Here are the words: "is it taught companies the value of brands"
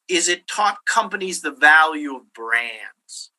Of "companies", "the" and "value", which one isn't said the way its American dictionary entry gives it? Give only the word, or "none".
none